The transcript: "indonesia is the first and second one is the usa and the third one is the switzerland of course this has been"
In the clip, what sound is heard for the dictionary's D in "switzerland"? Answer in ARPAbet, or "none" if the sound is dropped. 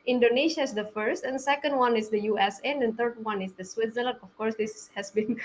none